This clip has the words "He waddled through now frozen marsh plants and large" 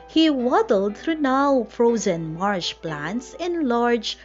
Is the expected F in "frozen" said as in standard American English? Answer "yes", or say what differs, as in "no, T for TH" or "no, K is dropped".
yes